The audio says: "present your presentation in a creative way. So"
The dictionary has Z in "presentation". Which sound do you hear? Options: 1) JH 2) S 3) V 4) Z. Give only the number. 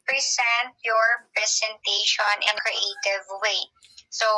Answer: 2